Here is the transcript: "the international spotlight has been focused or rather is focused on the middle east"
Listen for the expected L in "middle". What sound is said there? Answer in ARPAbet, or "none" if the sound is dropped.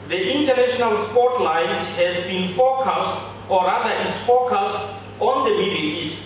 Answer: N